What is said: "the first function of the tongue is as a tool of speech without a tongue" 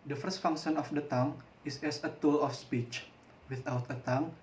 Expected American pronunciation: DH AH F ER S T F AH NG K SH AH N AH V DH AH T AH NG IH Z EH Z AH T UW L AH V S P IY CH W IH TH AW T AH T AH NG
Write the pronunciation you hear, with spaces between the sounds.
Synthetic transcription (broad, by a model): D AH F ER S T F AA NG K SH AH N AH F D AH T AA NG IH S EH S AH T UW L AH F S P IY CH W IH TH AW T AH T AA NG